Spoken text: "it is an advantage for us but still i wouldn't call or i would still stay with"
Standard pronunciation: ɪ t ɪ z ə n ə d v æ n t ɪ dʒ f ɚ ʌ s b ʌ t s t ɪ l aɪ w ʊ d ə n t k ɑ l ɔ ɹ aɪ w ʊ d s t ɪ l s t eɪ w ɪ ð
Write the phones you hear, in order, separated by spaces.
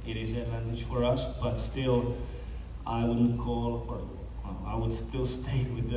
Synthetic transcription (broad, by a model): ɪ t ɪ z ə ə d v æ n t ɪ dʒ f ɚ ʌ s b ʌ t s t ɪ l aɪ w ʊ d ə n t k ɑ l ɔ l aɪ w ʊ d s t ɪ l s t eɪ w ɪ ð